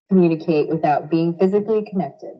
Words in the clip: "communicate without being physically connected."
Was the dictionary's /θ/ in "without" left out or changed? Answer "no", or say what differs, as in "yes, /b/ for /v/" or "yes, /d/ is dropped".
no